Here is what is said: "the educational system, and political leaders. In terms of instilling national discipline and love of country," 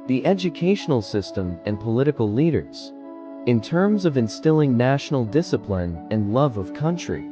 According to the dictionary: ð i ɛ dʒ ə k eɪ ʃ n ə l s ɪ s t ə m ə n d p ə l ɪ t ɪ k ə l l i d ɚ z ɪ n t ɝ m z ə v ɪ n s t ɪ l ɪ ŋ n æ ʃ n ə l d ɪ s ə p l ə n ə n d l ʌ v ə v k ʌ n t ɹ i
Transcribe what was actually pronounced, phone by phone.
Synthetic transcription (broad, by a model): ð i ɛ dʒ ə k eɪ ʃ n l s ɪ s t ə m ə n p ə l ɪ t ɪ k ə l l i d ɚ z ɪ n t ɝ m z ə v ɪ n s t ɪ l ɪ ŋ n æ ʃ n l d ɪ s ə p l ə n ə n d l ʌ v ə v k ʌ n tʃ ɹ i